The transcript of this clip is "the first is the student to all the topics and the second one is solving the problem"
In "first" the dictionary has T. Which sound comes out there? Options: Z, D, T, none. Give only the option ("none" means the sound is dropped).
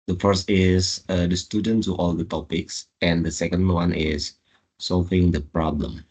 T